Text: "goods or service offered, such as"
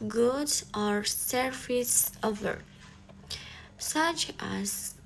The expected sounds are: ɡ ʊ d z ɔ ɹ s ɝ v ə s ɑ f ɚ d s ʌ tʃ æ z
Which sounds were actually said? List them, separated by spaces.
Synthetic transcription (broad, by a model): ɡ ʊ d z ɔ ɹ s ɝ f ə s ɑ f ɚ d s ʌ tʃ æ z